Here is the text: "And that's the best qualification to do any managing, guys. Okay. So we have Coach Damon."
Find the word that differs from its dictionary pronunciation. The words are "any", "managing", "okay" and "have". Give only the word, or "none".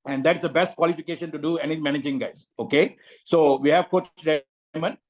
none